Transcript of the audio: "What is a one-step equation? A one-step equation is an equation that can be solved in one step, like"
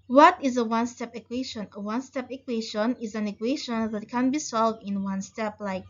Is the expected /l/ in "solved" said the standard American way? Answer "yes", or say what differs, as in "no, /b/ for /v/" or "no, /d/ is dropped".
yes